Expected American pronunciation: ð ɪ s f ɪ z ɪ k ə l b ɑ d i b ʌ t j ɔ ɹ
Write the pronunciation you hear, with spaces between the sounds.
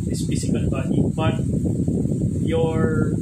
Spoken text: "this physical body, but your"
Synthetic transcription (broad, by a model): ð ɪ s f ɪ s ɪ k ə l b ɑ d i b ʌ t j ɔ ɹ